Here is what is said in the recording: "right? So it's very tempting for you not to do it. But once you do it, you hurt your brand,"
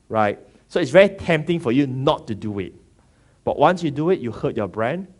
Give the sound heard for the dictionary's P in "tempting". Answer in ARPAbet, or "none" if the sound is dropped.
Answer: P